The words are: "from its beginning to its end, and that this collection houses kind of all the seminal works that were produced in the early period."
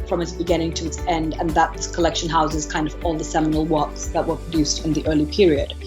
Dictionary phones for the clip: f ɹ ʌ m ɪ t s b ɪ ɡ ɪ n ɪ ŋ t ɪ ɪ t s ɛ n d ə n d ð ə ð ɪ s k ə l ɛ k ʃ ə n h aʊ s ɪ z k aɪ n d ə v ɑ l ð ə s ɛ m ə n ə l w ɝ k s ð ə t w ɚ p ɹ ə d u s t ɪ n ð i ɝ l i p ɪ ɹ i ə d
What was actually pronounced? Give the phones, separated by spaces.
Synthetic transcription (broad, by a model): f ɹ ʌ m ɪ t s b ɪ ɡ ɪ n ɪ ŋ t ɪ ɪ t s ɛ n d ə n ð ə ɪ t k ə l ɛ k ʃ ə n h aʊ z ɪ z k aɪ n d ə v ɑ l ð ə s ɛ m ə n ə l w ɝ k s ð ə t w ɚ p ɹ ə d u s t ɪ n ð i ɝ l i p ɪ ɹ i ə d